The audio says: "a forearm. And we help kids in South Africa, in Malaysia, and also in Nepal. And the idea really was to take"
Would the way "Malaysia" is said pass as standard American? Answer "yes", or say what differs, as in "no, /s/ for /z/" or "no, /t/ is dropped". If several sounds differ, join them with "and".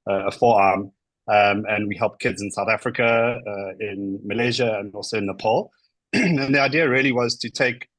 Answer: yes